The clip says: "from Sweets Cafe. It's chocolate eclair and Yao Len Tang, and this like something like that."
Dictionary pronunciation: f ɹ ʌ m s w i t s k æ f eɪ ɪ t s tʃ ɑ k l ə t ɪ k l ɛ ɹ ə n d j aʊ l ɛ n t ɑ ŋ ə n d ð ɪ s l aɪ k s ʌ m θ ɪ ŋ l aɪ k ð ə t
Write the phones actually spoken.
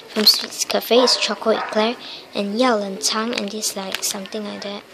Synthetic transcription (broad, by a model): f ɹ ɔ m s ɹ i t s k æ f eɪ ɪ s tʃ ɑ k ə ɪ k l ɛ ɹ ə n j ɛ l ɛ n t ɑ ŋ ə n d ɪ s l aɪ k s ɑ m t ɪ ŋ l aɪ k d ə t